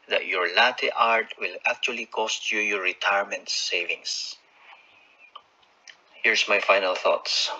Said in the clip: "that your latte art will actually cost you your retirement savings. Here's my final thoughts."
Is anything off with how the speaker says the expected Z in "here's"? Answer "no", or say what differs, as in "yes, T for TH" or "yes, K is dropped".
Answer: yes, S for Z